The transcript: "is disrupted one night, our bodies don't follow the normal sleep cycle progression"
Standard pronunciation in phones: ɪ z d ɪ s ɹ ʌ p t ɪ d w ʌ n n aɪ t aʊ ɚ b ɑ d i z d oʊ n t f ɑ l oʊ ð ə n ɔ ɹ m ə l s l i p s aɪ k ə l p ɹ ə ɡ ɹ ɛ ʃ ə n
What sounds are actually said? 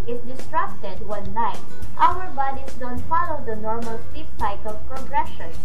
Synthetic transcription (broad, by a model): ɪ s d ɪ s ɹ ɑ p t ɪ d w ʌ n n aɪ t aʊ ɚ b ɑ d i s d oʊ n t f ɑ l oʊ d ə n ɔ ɹ m ə l s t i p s aɪ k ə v p ɹ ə ɡ ɹ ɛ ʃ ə n